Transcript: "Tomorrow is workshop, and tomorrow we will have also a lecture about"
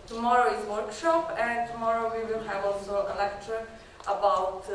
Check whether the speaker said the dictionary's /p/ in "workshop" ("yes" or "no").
yes